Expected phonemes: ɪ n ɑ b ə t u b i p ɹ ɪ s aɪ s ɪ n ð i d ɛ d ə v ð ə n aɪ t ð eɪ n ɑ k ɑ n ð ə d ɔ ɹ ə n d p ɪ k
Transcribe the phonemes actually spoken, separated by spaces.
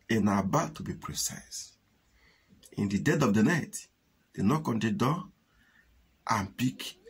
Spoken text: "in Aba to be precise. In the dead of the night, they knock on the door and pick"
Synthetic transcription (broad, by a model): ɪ n ɑ b ə t u b i p ɹ ɪ s aɪ s ɪ n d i d ɛ d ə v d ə n aɪ t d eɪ n ɑ k ɑ n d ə d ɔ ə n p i k